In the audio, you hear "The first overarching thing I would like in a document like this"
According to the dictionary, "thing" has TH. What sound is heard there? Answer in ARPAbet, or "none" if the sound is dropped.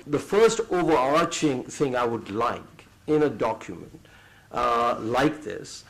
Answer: TH